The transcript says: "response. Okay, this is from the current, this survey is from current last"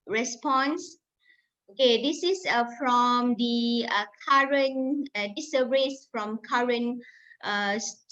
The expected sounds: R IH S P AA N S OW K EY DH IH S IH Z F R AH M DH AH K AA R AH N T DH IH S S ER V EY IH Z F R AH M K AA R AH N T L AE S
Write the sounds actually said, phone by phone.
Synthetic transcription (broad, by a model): R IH S P AA N S OW K EY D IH S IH S F R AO M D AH K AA R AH N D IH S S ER EY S F R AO M K AA R AH N T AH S